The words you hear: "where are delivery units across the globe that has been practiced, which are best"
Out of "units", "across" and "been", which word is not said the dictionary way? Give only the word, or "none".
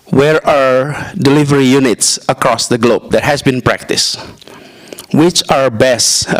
none